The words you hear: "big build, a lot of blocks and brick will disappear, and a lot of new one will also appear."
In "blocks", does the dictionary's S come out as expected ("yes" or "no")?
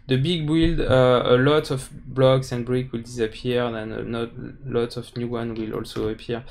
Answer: yes